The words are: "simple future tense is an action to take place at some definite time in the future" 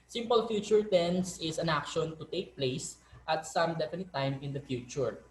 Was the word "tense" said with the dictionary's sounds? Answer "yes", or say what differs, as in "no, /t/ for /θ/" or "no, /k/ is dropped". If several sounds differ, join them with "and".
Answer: yes